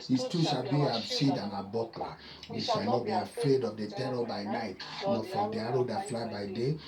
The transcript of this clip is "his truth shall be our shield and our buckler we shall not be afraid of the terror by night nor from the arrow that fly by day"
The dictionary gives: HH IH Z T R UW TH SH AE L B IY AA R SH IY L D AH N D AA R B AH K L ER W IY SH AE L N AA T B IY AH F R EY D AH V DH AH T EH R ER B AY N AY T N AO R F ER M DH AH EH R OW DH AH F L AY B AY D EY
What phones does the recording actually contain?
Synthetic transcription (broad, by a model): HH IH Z T UW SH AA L B IY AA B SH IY D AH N AA B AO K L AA W IY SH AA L N AA T B IY AH F R EY D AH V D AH T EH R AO B AY N AY T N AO F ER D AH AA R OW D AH F L AY B AY D EY